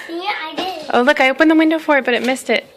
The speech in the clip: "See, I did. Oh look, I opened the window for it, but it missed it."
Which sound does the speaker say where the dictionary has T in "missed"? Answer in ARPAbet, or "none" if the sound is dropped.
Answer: T